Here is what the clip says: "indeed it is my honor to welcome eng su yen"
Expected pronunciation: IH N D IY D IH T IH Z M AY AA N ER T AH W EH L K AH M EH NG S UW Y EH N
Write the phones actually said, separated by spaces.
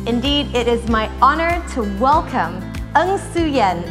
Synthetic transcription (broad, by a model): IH N D IY D IH T IH Z M AY AA N ER T AH W EH L K AH M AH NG S UW Y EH N